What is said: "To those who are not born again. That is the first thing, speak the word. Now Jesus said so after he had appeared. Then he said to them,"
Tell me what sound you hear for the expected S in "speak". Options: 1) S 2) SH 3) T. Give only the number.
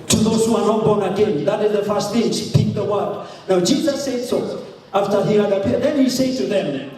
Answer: 2